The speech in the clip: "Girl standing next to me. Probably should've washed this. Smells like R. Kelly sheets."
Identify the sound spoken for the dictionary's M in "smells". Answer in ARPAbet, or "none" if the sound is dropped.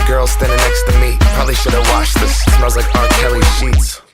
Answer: none